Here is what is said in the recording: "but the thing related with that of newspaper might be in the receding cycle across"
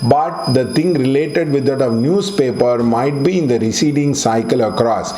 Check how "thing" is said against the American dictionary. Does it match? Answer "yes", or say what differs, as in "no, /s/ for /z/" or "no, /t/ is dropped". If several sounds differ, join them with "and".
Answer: no, /t/ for /θ/